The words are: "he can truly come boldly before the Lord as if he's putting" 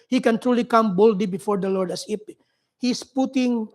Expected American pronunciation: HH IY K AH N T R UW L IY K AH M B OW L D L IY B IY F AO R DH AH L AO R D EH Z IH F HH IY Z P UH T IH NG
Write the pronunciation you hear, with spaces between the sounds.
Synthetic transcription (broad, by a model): HH IY K AH N T R UW L IY K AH M B OW L D L IY B IY F AO R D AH L AO R D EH S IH P HH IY S P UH T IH NG